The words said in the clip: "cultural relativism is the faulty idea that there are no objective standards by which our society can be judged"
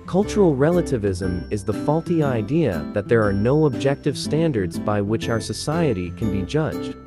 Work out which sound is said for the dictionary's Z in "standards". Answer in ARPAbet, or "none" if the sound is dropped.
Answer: Z